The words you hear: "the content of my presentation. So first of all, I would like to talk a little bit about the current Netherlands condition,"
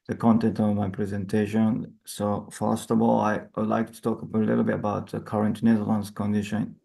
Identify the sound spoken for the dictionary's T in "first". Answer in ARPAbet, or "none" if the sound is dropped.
T